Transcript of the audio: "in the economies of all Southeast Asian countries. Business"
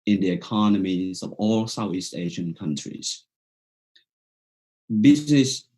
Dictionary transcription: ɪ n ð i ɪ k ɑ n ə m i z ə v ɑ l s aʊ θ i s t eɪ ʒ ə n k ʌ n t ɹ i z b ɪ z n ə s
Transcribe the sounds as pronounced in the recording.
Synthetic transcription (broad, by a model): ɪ n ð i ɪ k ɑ n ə m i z ə v ɑ l s aʊ θ i s t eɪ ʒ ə n k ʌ n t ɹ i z b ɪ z n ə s